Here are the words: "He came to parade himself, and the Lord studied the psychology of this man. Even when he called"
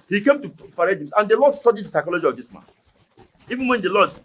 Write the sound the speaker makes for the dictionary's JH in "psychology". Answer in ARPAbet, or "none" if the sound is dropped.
JH